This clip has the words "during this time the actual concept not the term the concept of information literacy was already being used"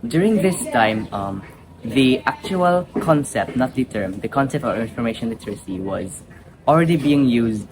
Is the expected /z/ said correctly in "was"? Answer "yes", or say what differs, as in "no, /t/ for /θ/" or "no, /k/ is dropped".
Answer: yes